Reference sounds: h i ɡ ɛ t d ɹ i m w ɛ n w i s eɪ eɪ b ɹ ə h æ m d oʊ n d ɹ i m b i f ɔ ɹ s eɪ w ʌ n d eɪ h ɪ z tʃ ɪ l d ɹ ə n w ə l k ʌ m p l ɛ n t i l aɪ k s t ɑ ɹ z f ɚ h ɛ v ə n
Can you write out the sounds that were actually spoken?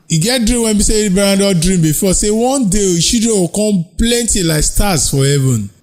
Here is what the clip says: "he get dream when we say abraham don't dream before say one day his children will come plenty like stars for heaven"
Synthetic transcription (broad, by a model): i ɡ ɛ t d ɹ i m w ɛ n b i s eɪ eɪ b ə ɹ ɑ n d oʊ d ɹ i m b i f ɔ s eɪ w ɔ n d eɪ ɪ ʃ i d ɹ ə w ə k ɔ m p l ɛ n t i l aɪ k s t ɑ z f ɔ h ɛ v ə n